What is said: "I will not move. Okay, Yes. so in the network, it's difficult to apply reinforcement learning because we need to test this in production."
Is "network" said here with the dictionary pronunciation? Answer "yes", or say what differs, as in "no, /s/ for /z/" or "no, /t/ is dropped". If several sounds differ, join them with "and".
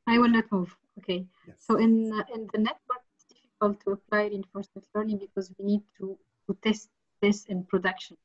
no, /s/ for /t/